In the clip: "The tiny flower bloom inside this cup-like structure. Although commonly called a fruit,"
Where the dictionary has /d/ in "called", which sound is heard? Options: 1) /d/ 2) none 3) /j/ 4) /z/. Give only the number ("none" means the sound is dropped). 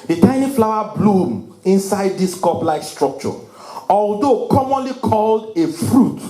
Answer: 1